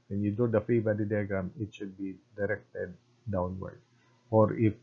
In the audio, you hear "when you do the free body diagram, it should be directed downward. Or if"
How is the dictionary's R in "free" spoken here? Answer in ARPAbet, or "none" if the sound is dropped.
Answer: none